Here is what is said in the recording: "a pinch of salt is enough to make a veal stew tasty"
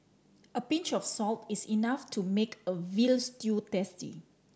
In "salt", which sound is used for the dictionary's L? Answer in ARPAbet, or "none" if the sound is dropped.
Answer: L